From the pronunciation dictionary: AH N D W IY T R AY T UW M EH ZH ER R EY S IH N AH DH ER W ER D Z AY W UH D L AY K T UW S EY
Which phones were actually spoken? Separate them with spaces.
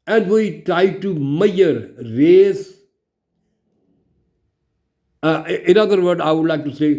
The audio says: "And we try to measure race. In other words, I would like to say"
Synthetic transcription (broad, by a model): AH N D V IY T R AY T UW M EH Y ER R EY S IH N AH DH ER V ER D AY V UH D L AY K T UW S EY